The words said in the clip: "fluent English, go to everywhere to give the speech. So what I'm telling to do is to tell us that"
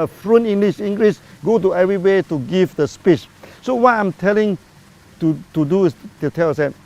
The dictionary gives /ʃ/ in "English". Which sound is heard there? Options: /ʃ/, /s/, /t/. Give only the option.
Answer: /s/